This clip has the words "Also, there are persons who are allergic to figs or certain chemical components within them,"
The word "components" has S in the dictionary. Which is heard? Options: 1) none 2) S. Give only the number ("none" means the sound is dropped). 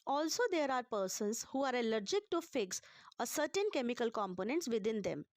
2